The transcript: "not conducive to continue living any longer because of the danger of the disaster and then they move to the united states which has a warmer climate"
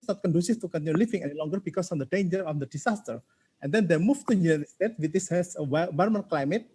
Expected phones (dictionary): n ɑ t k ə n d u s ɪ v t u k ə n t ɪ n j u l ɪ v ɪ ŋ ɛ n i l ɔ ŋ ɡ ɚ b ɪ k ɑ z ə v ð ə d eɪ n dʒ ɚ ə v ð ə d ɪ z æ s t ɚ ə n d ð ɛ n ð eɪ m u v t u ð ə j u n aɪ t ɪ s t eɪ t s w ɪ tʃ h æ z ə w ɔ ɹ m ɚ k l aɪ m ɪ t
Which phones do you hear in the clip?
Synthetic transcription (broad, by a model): n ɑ t k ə n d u s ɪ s t u k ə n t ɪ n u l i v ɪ ŋ ɛ n i l ɔ ŋ ɡ ɚ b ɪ k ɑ s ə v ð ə d eɪ n dʒ ɚ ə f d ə d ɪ s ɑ s t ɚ ə n d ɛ n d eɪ m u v t u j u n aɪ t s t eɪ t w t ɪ s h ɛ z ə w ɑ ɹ m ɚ k l aɪ m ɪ t